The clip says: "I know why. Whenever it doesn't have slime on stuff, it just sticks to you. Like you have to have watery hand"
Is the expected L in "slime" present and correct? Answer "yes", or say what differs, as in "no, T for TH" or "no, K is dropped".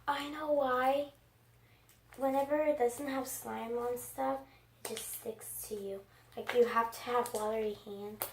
yes